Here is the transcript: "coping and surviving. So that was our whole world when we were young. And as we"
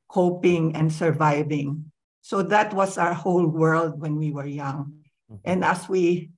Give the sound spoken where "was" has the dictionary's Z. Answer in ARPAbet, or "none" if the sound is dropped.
S